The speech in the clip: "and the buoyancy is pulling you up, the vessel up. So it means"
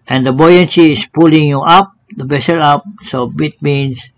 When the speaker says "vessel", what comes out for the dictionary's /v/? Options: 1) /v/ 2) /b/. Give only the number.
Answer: 2